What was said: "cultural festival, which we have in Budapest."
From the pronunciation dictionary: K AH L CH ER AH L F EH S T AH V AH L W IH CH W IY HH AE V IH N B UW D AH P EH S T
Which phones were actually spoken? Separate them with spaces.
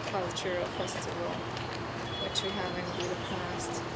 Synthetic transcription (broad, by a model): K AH L CH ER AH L P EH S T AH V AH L W IH CH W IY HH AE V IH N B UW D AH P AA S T